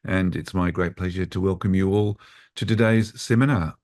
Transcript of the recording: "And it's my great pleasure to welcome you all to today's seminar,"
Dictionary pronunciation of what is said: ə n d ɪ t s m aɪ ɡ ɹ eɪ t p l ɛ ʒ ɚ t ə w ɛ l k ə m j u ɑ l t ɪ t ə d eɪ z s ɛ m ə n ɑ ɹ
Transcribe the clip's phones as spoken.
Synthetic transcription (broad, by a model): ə n ɪ t s m aɪ ɡ ɹ eɪ t p l ɛ ʒ ɚ t ə w ɛ l k ə m j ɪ ɑ l t ɪ t ə d eɪ z s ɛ m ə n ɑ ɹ